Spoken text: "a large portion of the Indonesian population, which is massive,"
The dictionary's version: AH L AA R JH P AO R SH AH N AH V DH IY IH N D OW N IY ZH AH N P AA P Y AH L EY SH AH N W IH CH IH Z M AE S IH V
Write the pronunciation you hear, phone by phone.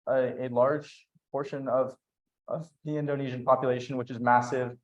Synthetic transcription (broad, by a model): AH L AA R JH P AO R SH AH N AH V DH IY IH N D OW N IY ZH AH N P AA P Y AH L EY SH AH N W IH CH IH Z M AE S IH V